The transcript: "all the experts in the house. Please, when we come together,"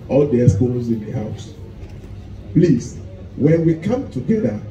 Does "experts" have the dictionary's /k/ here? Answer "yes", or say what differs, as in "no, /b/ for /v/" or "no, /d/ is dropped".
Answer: no, /k/ is dropped